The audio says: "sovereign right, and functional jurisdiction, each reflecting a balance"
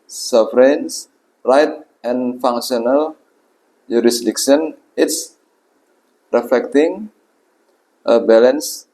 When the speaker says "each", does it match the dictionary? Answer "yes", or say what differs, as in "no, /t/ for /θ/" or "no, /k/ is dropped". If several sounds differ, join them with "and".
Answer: no, /s/ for /tʃ/